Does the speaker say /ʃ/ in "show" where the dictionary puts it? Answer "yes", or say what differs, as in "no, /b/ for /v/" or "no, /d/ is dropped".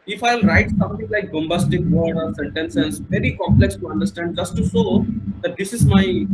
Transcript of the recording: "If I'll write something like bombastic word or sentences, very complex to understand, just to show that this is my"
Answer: no, /s/ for /ʃ/